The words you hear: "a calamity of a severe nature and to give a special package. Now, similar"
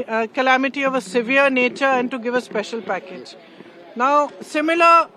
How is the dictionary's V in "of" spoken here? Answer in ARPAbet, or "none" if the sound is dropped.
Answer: V